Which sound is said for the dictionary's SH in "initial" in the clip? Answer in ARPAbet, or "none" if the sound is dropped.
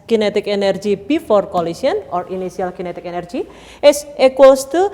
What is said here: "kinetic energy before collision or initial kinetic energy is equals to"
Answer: S